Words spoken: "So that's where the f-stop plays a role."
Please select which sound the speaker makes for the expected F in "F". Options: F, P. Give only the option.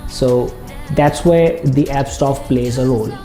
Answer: P